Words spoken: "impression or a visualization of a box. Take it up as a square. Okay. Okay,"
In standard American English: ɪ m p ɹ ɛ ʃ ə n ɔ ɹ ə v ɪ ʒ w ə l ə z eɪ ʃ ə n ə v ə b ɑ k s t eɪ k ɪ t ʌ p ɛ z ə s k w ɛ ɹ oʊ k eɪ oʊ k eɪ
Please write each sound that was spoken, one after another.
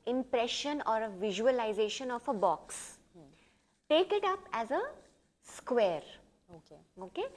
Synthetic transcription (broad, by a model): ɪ m p ɹ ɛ ʃ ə n ɔ ɹ ə v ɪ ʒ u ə l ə z eɪ ʃ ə n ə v ə b ɑ k s t eɪ k ɪ t ʌ p ɛ z ə s k w ɛ ɹ oʊ k eɪ oʊ k eɪ